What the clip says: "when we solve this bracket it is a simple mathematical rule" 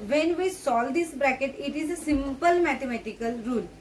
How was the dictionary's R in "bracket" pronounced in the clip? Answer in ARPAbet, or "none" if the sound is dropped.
R